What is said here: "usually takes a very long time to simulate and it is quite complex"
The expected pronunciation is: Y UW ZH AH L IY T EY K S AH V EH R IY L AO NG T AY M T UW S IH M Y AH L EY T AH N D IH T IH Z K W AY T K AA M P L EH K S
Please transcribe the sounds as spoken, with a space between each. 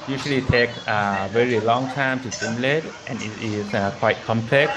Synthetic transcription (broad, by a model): Y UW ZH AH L IY T EY K AH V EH R IY L AO NG T AY M T UW S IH M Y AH L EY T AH N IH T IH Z K W AY T K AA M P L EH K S